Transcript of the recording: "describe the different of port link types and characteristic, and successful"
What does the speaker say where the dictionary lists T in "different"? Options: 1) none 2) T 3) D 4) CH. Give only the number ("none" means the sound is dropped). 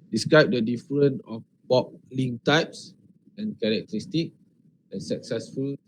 1